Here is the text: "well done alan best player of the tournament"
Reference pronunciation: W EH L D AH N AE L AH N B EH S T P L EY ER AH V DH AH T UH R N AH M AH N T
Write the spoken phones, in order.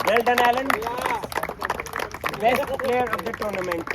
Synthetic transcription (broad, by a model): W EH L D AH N AE L AH N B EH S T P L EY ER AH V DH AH T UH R N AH M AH N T